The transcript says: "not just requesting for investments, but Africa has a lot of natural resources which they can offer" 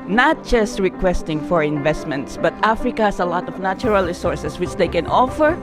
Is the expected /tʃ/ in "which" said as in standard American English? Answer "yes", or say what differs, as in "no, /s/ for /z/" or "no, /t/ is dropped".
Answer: yes